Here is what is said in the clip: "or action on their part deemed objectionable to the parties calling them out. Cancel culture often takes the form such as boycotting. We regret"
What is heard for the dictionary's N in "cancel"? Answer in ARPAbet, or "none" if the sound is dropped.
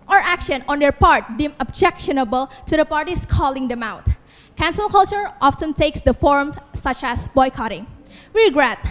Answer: N